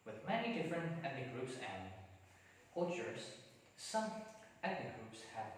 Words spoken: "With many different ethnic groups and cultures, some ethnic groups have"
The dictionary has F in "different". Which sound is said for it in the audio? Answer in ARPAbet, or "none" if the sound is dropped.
F